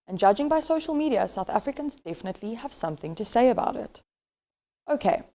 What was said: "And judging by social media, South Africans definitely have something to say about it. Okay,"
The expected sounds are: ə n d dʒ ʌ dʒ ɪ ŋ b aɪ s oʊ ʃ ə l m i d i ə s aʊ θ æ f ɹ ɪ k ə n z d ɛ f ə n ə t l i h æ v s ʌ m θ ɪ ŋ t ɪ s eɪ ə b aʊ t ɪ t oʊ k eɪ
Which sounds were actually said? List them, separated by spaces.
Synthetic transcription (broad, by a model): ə n dʒ ʌ dʒ ɪ ŋ b aɪ s oʊ ʃ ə l m i d i ə s aʊ θ æ f ɹ ɪ k ə n z d ɛ f ə n ə t l i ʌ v s ʌ m θ ɪ ŋ t ɪ s eɪ ə b aʊ t ɪ t oʊ k eɪ